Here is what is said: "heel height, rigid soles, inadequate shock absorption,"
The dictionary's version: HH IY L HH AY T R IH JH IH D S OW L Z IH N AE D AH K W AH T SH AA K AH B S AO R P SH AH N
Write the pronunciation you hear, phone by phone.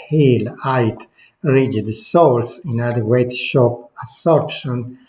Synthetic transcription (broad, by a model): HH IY L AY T R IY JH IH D S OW L S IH N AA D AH W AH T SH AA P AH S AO R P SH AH N